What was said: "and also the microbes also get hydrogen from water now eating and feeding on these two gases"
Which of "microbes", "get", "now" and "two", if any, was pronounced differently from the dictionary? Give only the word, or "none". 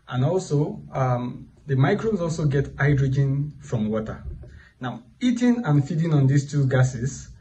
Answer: microbes